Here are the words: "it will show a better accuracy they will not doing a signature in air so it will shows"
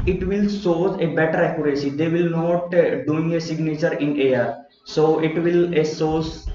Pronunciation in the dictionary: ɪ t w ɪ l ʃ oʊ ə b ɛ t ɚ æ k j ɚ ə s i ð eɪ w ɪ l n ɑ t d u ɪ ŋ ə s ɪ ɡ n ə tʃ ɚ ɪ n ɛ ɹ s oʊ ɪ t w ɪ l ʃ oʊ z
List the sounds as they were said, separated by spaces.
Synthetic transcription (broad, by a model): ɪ t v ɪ l s oʊ ə b ɛ t ɚ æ k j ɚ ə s i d eɪ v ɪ l n ɑ t d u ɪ ŋ ə s ɪ ɡ n ə tʃ ɚ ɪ n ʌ ɹ s oʊ ɪ t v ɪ l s oʊ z